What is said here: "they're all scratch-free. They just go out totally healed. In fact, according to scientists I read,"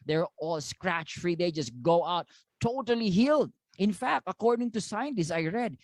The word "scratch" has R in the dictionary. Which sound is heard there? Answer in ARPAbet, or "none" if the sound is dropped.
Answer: R